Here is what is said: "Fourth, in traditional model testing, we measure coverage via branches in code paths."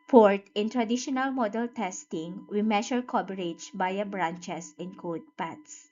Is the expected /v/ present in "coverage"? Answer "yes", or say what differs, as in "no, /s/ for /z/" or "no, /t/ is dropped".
no, /b/ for /v/